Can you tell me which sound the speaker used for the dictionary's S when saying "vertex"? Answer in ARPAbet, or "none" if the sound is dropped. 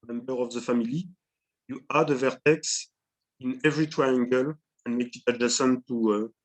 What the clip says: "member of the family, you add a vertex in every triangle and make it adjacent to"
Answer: S